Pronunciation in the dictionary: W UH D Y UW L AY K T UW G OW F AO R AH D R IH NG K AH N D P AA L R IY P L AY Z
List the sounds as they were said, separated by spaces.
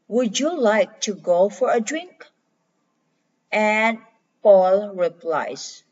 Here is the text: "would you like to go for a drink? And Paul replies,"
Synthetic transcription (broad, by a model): W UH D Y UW L AY K T UW G OW F AO R AH D R IH NG K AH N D P AA L R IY P L AY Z